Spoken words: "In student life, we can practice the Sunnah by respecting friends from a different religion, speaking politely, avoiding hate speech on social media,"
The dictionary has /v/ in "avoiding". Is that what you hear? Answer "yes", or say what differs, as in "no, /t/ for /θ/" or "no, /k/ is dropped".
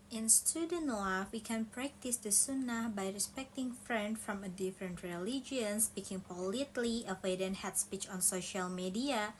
no, /w/ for /v/